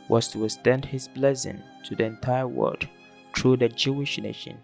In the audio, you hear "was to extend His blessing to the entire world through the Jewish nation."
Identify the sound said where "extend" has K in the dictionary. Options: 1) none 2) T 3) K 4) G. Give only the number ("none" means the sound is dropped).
1